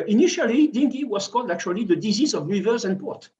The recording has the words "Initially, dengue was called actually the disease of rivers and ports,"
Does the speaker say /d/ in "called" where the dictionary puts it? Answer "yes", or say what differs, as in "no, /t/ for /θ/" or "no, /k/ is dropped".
yes